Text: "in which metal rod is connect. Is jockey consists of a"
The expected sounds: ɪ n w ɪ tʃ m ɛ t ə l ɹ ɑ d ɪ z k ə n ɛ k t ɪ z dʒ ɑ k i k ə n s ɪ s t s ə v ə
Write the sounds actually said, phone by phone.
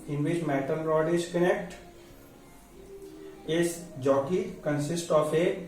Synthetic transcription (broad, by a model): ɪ n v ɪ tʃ m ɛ t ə n ɹ ɑ d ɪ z k ə n ɛ k t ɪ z dʒ ɑ k i k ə n s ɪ s t ə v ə